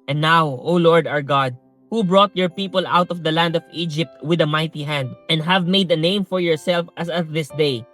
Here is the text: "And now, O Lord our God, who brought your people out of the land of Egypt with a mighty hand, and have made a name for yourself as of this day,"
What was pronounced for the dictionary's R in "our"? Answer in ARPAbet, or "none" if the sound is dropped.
R